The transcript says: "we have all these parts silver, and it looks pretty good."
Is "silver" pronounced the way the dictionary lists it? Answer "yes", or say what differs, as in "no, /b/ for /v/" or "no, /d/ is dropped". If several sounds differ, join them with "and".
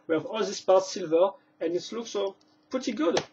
yes